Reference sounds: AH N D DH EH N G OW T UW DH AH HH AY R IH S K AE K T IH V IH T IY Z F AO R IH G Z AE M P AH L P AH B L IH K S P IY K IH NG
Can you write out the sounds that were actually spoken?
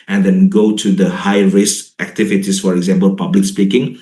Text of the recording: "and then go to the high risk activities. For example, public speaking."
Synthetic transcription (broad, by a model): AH N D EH N G OW T UW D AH HH AY R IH S AE K T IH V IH T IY S F AO R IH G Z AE M P AH L P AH B L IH K S P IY K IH NG